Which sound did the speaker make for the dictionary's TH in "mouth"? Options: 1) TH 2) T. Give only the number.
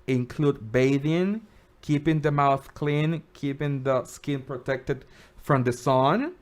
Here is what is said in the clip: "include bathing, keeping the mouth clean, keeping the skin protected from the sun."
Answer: 1